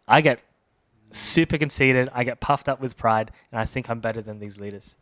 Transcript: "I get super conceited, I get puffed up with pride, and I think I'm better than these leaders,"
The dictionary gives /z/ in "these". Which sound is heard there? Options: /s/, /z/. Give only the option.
/z/